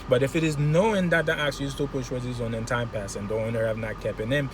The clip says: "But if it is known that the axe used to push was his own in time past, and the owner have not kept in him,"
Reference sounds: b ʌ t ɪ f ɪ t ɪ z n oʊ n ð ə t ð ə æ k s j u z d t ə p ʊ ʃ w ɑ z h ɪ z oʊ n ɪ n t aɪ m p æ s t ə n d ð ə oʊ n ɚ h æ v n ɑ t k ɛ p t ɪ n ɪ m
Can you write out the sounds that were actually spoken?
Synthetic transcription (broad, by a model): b ʌ t ɪ f ɪ t ɪ z n oʊ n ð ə t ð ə æ k s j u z t ə p ʊ ʃ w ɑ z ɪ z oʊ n ɪ n t aɪ m p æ s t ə n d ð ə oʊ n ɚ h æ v n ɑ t k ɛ p ɪ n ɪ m